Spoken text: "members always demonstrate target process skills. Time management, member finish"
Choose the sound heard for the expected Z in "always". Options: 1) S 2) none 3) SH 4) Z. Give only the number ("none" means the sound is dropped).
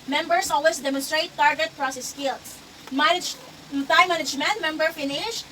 1